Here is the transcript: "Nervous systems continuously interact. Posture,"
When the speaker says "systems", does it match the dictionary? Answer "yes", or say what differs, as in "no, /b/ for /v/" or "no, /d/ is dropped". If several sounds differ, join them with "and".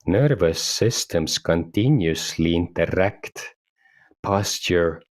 no, /s/ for /z/